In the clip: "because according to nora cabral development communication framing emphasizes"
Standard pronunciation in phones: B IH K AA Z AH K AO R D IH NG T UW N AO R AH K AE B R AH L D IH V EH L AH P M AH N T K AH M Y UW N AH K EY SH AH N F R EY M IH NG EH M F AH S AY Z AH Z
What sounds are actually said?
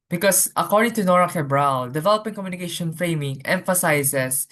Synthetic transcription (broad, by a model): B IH K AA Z AH K AO R D IH NG T UW N AO R AH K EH B R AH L D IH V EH L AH P AH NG K AH M Y UW N AH K EY SH AH N F R EY M IH NG EH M F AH S AY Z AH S